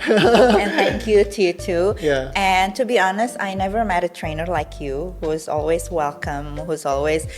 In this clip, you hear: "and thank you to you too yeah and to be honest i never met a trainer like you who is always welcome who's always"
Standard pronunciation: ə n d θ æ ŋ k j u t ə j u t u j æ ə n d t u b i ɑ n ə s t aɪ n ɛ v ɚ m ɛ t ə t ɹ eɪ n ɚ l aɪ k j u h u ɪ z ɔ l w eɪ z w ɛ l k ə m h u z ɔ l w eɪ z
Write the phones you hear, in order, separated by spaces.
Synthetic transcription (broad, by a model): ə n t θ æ ŋ k j u t j u t u j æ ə n t u b i ɑ n ə s t aɪ n ɛ v ɚ m ɛ t ə t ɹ eɪ n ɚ l aɪ k j u h u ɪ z ɔ l w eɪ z w ɛ l k ə m h u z ɔ l w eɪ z